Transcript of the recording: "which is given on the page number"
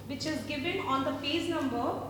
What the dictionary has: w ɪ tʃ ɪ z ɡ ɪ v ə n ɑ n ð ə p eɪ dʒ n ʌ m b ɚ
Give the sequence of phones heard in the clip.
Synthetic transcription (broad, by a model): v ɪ tʃ ɪ z ɡ ɪ v ə n ɑ n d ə f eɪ z n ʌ m b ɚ